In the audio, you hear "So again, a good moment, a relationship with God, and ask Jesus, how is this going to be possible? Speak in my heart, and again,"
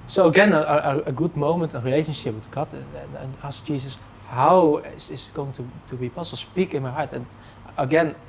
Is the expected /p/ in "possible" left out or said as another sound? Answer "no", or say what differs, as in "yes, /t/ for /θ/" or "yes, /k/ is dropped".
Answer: yes, /b/ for /p/